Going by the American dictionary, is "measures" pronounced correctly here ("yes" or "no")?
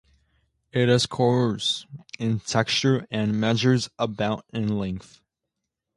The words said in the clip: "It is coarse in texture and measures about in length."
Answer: yes